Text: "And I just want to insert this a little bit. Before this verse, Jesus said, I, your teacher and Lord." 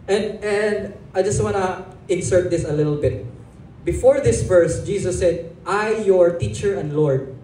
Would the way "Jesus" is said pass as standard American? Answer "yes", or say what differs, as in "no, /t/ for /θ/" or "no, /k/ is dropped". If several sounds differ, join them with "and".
no, /s/ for /z/